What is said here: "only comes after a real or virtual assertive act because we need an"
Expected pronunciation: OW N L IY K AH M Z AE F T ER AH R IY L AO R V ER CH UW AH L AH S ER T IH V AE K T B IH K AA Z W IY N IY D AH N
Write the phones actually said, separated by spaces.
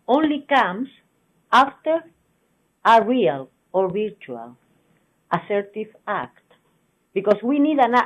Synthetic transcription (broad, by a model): OW N L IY K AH M S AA F T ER AH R IY L AO R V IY CH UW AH L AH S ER T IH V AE K T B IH K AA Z W IY N IY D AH N